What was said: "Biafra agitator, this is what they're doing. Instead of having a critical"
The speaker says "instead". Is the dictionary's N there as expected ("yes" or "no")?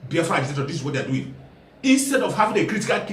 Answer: yes